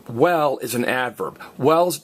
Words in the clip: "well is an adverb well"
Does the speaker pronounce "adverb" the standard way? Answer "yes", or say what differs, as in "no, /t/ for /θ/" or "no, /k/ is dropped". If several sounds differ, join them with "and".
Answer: yes